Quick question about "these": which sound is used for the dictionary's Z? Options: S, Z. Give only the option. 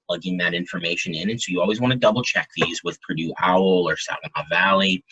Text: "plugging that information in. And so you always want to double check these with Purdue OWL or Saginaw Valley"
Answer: Z